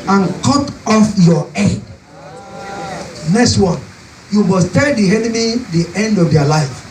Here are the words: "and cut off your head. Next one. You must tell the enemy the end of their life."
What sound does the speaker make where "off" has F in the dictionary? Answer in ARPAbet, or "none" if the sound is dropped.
F